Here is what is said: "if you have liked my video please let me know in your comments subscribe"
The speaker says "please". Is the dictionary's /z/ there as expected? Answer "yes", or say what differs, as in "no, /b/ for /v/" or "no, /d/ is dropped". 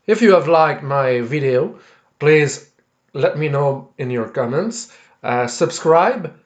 yes